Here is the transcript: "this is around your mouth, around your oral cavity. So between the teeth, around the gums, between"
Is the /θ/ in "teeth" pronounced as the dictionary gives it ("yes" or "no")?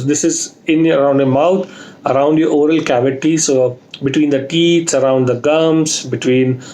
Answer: no